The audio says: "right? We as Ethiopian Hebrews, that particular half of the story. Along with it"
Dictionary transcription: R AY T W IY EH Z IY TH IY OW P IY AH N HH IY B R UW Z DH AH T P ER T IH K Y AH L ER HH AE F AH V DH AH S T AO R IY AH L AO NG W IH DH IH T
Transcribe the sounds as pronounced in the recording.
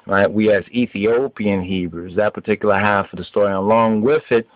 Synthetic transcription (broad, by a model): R AY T W IY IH Z IY TH IY OW P IY AH N HH IY B R UW Z DH AH T P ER T IH K Y L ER HH AE F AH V DH AH S T AO R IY AH L AO NG W IH DH IH T